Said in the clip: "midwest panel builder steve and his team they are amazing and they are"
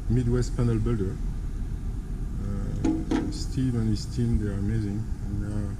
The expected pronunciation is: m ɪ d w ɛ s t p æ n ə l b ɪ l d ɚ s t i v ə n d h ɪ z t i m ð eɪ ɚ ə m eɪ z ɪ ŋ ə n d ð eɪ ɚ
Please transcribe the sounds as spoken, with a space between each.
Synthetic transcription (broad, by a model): m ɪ d w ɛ s t p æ n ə l b ɪ l d ɚ s t i v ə n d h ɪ s t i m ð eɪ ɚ ə m eɪ z ɪ ŋ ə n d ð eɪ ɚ